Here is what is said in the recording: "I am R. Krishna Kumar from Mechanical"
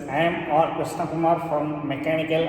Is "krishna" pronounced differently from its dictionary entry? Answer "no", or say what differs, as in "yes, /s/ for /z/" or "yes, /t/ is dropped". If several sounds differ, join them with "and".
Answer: yes, /ɹ/ is dropped